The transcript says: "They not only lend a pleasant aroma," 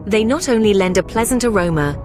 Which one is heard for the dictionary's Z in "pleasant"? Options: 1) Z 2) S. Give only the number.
1